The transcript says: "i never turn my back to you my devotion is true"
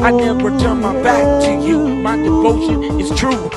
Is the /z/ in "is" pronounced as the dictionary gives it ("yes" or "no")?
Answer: no